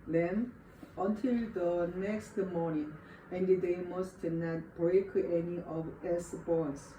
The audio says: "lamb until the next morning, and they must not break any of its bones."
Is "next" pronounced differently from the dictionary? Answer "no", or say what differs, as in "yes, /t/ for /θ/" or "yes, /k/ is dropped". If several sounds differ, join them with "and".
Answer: no